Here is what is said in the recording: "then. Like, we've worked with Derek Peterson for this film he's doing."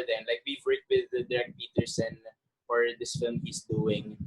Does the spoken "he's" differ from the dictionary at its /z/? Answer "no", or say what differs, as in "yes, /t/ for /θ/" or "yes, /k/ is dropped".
yes, /s/ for /z/